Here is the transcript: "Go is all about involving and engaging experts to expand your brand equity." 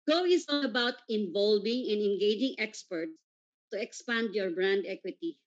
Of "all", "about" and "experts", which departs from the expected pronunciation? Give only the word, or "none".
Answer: all